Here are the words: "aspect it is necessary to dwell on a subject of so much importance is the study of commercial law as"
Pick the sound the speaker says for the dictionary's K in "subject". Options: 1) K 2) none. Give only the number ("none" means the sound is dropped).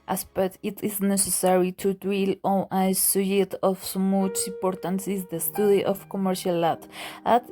2